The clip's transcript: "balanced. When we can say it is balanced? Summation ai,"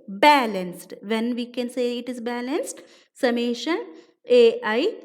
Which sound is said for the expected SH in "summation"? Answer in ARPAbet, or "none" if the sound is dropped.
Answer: SH